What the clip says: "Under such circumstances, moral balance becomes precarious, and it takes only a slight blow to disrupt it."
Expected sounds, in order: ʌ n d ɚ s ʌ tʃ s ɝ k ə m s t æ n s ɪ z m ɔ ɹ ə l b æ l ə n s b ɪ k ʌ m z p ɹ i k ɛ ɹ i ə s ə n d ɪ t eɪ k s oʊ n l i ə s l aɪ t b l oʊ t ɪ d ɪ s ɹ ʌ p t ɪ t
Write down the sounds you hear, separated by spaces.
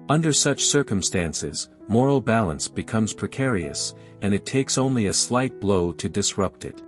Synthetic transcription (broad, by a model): ʌ n d ɚ s ʌ tʃ s ɝ k ə m s t æ n s ɪ z m ɔ ɹ l b æ l ə n s b ɪ k ʌ m z p ɹ i k ɛ ɹ i ə s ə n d ɪ t eɪ k s oʊ n l i ə s l aɪ t b l oʊ t ɪ d ɪ s ɹ ʌ p t ɪ t